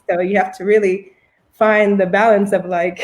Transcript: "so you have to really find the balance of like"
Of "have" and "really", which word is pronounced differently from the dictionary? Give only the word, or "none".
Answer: have